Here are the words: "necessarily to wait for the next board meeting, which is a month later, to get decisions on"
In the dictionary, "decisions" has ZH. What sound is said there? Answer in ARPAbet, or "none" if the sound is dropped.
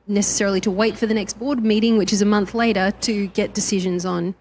ZH